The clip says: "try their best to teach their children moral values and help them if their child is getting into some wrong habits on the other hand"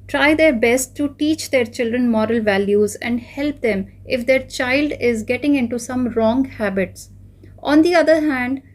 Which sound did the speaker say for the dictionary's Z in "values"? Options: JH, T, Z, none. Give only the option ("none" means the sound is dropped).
Z